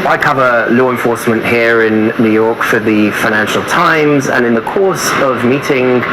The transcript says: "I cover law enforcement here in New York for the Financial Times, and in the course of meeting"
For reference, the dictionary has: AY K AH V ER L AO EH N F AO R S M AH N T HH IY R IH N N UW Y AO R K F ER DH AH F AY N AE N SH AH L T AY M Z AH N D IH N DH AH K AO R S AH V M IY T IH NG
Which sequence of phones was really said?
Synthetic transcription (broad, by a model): AY K AH V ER L AO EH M F AO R S M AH N T HH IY R IH N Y UW Y AO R K F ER DH AH F AY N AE N SH AH L T AY M Z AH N IH N DH AH K AO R S AH V M IY T IH NG